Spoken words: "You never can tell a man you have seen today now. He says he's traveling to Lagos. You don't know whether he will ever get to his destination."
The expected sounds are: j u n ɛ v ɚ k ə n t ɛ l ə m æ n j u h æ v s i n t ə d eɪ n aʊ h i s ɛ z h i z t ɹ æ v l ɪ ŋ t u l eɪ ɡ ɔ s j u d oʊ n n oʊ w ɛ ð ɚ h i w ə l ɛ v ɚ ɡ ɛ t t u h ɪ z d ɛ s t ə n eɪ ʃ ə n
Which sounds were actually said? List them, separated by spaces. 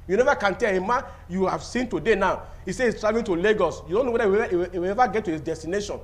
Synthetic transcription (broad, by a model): j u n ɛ v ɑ k ə n t ɛ l ə m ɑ n j u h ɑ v s i n t ə d eɪ n aʊ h i s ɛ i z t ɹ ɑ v ɪ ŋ t u l eɪ ɡ ɔ s j u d oʊ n n oʊ w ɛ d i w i w ə l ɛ v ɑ ɡ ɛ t t u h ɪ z d ɛ s t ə n eɪ ʃ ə n